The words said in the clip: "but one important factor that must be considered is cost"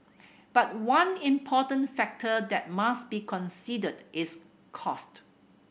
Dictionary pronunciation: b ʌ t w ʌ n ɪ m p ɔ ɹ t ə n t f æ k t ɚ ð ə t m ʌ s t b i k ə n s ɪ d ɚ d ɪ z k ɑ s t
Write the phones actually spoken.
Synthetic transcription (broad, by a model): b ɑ t w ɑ n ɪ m p ɔ t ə n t f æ k t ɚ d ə t m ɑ s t b i k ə n s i d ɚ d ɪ s k ɑ s t